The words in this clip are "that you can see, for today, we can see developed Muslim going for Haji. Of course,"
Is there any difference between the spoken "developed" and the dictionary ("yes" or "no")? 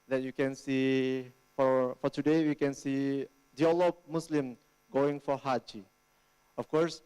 yes